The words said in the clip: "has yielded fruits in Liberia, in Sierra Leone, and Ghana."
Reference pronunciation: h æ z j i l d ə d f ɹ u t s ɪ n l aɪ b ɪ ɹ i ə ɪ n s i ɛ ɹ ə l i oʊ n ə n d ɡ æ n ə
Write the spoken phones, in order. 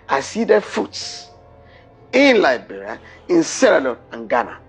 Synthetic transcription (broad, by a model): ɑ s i d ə f u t s ɪ n l aɪ b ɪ ɹ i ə ɪ n s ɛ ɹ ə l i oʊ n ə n ɡ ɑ n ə